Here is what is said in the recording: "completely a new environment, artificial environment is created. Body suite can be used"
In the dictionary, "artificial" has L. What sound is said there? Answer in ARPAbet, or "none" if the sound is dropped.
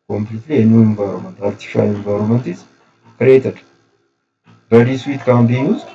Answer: N